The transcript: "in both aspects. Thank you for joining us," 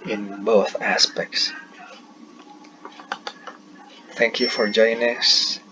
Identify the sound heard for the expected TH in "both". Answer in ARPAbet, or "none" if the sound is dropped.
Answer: TH